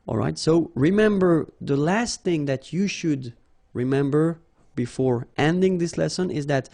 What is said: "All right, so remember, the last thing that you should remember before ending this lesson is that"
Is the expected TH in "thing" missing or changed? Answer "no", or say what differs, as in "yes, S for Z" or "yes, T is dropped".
no